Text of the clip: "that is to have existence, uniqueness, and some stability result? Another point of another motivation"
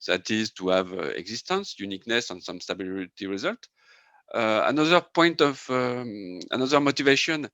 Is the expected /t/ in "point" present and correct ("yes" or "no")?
yes